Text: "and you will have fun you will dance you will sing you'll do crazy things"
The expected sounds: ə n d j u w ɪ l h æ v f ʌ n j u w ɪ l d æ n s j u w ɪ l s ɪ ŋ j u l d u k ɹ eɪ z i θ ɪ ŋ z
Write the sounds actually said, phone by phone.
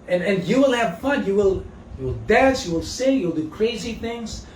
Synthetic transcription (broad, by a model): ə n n j u w ɪ l h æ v f ʌ n j u w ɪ l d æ s j u w ɪ l s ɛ j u l d u k ɹ eɪ z i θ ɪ ŋ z